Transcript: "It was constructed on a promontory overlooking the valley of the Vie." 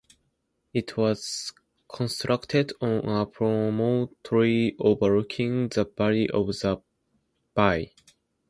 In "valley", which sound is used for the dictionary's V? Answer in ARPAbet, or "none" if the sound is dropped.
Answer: B